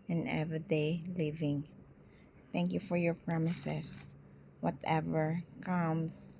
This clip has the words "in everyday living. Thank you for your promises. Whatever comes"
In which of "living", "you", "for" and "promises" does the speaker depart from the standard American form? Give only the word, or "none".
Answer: promises